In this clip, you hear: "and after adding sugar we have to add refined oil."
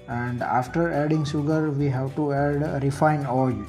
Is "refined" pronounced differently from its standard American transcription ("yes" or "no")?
yes